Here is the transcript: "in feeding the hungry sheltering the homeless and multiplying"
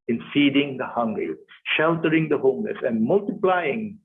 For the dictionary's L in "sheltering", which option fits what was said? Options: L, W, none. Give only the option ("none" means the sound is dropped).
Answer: L